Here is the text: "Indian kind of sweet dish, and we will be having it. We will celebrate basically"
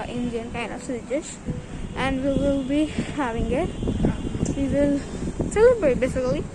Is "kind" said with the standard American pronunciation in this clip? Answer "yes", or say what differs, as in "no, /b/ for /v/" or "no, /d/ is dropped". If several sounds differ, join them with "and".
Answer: no, /d/ is dropped